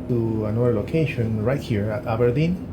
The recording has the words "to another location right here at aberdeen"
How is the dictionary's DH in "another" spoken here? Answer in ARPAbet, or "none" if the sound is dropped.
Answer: none